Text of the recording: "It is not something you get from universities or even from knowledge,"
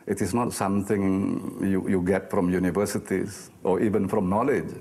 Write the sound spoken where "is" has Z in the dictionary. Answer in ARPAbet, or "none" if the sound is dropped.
S